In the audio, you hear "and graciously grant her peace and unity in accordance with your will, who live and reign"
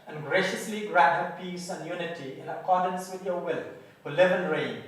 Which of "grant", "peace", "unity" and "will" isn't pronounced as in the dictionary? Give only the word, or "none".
grant